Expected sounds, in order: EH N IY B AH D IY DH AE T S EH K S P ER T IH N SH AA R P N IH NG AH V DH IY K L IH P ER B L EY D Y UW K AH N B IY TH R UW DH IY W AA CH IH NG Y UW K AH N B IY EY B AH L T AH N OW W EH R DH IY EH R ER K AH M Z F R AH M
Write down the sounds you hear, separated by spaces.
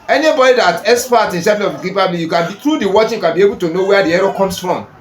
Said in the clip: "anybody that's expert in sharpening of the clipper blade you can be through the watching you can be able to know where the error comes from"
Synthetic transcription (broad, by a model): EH N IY B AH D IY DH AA T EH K S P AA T IH N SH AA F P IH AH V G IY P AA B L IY Y UW K AH N B IY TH R UW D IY W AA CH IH Y UW K AH N B IY EY B AH L T AH N OW W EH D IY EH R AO K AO M S F R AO M